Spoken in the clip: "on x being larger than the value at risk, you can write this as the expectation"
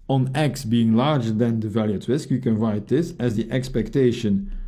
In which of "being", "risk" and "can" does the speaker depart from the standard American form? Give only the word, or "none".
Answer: risk